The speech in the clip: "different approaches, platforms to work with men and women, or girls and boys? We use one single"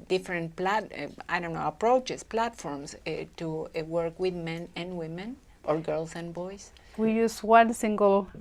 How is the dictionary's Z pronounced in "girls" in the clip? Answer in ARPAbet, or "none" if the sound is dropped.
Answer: S